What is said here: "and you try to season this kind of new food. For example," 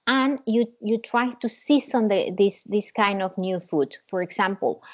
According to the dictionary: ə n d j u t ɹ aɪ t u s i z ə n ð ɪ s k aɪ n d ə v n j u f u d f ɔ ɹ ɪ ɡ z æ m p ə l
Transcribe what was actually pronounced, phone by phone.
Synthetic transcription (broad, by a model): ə n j j u t ɹ aɪ t u s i s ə n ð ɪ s k aɪ n d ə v n j u f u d f ɔ ɹ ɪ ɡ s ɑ m p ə l